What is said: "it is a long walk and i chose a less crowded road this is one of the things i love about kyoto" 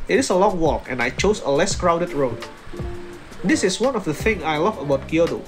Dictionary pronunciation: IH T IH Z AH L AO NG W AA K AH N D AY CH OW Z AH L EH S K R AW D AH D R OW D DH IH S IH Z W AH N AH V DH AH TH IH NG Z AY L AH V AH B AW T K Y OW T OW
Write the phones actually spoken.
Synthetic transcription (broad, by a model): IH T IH S AH L AO NG W AA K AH N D AY CH OW S AH L EH S K R AW D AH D R OW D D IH S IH S W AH N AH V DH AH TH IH NG AY L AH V AH B AW T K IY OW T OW